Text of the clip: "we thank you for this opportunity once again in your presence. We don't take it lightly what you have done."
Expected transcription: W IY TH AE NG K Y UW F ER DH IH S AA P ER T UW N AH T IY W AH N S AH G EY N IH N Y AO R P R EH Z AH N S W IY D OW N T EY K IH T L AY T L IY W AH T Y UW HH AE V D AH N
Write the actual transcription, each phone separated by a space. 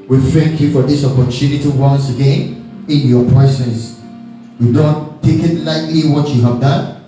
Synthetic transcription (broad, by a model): W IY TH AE NG K Y UW F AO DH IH S AA P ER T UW N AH T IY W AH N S AH G EY N IH N Y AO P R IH S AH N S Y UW D OW N T EY K IH T L AY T L IY W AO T Y UW HH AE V D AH N